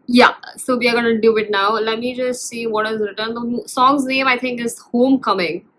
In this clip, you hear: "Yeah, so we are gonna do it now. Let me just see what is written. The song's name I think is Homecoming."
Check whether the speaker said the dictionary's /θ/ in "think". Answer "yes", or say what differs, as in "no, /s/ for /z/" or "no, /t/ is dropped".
no, /t/ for /θ/